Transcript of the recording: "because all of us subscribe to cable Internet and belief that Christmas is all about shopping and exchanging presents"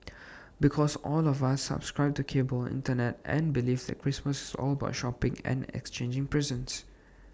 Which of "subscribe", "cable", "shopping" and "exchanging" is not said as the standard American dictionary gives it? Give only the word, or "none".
none